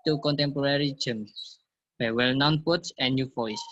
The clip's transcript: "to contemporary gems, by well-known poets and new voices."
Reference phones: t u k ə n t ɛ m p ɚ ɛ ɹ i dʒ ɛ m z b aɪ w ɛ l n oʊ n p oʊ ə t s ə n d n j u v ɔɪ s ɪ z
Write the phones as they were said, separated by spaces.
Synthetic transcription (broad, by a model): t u k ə n t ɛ m p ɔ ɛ ɹ i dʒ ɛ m s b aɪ w ɛ l n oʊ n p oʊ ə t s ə n n j u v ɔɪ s